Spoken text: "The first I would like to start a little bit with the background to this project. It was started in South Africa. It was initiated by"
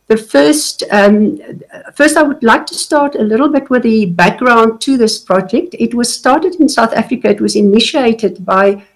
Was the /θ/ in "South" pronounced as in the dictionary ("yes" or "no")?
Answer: yes